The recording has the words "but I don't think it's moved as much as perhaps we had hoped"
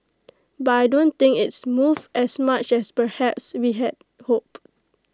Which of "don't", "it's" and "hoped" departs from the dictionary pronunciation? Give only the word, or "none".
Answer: hoped